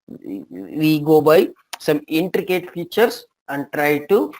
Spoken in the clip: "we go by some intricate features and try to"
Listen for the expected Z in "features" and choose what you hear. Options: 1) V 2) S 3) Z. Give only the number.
2